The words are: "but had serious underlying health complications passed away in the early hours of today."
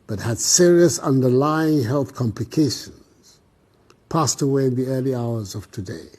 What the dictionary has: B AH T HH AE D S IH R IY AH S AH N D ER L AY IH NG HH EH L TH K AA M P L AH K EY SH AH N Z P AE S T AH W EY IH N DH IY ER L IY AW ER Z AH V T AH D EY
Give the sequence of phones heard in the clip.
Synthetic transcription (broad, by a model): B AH T HH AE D S IH R IY AH S AH N D ER L AY IH NG HH EH L TH K AA M P L AH K EY SH AH N Z P AE S T AH W EY IH N DH IY ER L IY AW ER Z AH V T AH D EY